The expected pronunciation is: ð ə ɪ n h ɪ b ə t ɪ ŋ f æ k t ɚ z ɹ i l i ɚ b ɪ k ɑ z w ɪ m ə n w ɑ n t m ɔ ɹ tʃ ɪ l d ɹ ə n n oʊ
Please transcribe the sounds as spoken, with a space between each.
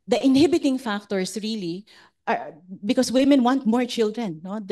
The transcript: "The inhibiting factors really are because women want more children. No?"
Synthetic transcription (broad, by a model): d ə ɪ n h ɪ b ə t ɪ ŋ f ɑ k t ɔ s ɹ i l i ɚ b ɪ k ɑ s w ɪ m ə n w ɑ n t m ɔ ɹ tʃ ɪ l d ɹ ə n n oʊ